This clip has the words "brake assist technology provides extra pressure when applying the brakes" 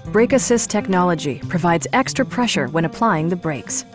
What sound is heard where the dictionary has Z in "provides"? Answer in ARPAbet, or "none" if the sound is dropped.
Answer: Z